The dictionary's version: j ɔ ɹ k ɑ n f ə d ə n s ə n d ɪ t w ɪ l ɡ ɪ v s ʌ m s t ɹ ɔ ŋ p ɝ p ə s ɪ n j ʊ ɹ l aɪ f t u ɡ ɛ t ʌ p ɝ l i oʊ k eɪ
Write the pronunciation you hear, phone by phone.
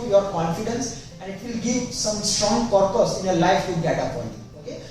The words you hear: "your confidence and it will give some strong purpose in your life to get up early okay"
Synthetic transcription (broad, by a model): j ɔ ɹ k ɑ n f ə d ə n s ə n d ɪ t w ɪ l ɡ ɪ v s ʌ m s t ɹ ɔ ŋ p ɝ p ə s ɪ n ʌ l aɪ f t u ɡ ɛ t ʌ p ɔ n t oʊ k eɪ